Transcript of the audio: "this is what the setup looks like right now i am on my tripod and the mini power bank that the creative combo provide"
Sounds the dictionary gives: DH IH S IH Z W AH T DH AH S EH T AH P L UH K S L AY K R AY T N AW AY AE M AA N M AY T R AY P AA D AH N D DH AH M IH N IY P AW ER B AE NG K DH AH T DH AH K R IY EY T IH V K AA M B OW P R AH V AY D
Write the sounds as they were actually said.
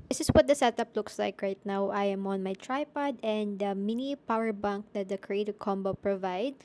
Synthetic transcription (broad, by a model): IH S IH S W AH T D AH S EH T AH P L UH K S L AY K R AY T N AW AY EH M AA N M AY T R AY P AA D AH N D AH M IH N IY P AW ER B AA NG K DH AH T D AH K R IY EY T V K AA M B OW P R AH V AY D